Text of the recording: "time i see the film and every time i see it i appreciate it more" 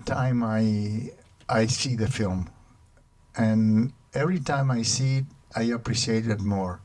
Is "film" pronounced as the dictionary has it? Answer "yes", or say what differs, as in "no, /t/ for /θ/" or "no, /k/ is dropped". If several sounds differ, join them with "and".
yes